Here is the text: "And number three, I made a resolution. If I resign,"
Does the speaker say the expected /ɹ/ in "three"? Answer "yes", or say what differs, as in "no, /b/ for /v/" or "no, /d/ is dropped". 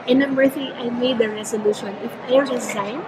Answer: no, /ɹ/ is dropped